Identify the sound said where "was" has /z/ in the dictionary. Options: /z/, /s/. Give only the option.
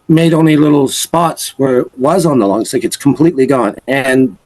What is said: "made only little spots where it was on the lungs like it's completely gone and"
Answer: /z/